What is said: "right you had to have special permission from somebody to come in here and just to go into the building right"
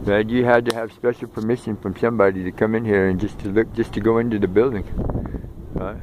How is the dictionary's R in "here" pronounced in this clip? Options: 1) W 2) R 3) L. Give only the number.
2